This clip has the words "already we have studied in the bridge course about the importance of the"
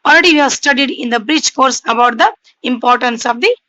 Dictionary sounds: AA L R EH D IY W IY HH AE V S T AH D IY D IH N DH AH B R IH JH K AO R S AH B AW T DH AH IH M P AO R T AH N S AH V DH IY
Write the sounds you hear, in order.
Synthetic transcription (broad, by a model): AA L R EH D IY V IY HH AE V S T AH D IY D IH N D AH B R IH CH K AO R S AH B AW T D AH IH M P AO R T AH N S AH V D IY